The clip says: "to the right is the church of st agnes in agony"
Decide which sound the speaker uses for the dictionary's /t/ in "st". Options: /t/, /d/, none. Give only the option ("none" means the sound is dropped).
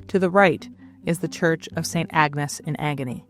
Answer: /t/